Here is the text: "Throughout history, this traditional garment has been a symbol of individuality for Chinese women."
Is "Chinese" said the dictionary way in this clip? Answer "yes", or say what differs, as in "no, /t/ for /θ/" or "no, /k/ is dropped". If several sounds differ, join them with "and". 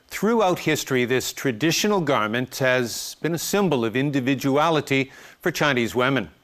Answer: yes